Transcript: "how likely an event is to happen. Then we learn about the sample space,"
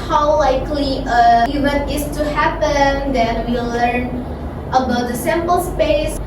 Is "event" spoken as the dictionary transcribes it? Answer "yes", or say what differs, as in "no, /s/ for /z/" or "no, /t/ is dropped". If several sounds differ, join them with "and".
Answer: no, /t/ is dropped